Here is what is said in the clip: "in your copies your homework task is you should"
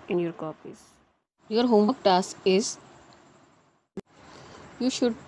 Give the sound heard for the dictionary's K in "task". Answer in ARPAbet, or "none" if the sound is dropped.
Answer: none